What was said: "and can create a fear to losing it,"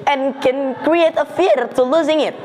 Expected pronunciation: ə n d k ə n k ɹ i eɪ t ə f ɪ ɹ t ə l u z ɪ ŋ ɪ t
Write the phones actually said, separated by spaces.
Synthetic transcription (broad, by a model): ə n k ə n k ɹ i eɪ t ə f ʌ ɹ t ə l u z ɪ ŋ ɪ t